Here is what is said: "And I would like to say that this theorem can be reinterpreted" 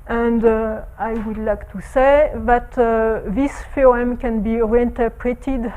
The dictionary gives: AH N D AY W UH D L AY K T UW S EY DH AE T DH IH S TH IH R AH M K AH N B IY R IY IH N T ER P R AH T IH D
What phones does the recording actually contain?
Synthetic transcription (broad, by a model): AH N D AY W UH D L AY K T UW S EY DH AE T DH IH S F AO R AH M K AH N B IY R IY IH N T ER P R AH T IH D